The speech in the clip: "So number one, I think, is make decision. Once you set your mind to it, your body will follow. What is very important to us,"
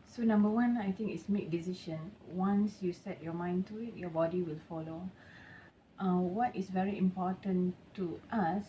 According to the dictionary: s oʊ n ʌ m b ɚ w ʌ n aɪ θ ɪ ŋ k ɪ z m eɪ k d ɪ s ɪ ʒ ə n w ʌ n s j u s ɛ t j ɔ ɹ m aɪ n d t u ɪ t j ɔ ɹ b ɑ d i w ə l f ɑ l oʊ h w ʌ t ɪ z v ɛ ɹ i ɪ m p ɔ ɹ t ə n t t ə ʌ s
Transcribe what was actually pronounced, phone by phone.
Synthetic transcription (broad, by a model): s oʊ n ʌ m b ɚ w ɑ n aɪ t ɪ ŋ k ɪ s m eɪ k d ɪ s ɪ ʃ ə n w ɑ n s j u s ɛ t j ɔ m aɪ n t u ɪ t j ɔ b ɑ d i w ə l f ɑ l oʊ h w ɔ t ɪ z v ɛ ɹ i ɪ m p ɔ t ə n t t ə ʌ s